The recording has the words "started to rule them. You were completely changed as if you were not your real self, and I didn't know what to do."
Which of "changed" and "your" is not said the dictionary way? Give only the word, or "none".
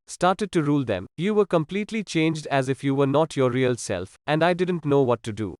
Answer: none